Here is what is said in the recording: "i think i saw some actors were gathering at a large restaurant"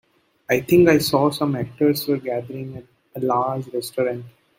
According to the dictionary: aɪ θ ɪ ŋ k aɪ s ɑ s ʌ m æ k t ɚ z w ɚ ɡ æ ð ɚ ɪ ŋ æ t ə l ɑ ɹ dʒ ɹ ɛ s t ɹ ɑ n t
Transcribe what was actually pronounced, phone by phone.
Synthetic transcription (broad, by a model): aɪ t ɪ ŋ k aɪ s ɑ s ʌ m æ k t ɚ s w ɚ ɡ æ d ɚ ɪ ŋ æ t ə l ɑ ɹ dʒ ɹ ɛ s t ɹ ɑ n t